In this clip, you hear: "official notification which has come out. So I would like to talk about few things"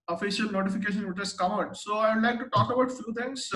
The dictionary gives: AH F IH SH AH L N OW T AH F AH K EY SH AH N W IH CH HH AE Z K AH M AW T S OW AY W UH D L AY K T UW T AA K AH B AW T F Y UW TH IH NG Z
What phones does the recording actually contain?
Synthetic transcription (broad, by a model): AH F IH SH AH L N OW T AH F AH K EY SH AH N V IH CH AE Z K AH M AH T S OW AY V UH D L AY K T UW T AA K AH B AW T F Y UW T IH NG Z